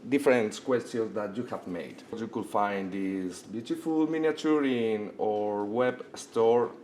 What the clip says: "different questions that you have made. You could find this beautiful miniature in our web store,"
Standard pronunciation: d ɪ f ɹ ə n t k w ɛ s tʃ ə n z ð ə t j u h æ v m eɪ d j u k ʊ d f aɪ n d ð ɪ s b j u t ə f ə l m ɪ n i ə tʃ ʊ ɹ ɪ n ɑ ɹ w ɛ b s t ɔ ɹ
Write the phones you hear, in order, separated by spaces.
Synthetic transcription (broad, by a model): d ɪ f ɹ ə n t k w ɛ s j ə n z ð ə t j u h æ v m eɪ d j u k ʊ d f aɪ n d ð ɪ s b j u t ə f ə l m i n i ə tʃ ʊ ɹ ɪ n ɑ ɹ w ɛ b s t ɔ ɹ